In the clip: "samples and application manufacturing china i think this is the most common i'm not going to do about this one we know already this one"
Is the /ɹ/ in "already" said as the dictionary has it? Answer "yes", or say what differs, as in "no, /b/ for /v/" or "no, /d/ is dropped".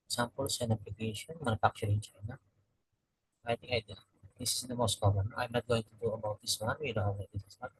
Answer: no, /ɹ/ is dropped